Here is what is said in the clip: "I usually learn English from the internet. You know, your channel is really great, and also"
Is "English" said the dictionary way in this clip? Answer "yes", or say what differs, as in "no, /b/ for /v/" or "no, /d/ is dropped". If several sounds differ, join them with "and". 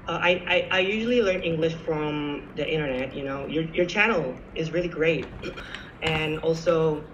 yes